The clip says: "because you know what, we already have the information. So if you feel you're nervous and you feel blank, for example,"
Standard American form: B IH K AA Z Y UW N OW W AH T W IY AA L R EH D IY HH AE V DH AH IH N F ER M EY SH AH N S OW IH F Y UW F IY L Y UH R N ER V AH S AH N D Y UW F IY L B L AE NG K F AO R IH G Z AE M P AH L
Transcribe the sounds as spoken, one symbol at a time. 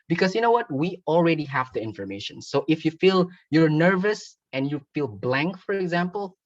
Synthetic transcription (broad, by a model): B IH K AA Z Y UW N OW W AH T W IY AA L R EH D IY HH AE V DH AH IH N F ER M EY SH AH N S OW IH F Y UW F IY L Y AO R N ER V AH S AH N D Y UW F IY L B L AE NG K F AO R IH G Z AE M P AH L